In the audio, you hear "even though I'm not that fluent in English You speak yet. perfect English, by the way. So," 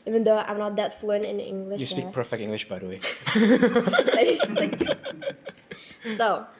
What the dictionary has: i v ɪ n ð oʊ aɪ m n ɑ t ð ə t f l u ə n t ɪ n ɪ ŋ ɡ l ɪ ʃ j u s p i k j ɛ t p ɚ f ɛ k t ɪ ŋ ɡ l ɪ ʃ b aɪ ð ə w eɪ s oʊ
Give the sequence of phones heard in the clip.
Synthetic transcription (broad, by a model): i v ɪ n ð oʊ aɪ m n ɑ t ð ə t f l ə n ɪ n ɪ ŋ ɡ l ɪ ʃ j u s i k p ɚ f ɛ k t ɪ ŋ ɡ l ɪ ʃ b aɪ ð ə w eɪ s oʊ